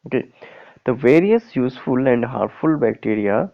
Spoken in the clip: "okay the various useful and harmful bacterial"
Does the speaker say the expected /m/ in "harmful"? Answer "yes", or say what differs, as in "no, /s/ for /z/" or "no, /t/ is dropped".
no, /m/ is dropped